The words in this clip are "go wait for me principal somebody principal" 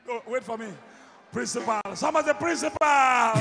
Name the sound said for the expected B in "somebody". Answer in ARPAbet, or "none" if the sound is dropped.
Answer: none